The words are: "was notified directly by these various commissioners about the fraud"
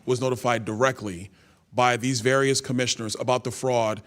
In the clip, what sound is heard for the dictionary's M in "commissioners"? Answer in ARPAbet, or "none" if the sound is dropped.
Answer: M